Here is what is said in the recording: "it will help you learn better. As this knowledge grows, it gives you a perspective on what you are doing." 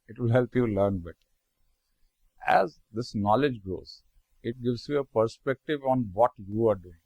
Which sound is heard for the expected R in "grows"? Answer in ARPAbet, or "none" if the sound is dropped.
none